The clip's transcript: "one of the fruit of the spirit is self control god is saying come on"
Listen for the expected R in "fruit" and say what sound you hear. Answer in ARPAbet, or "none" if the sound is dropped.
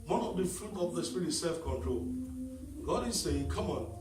none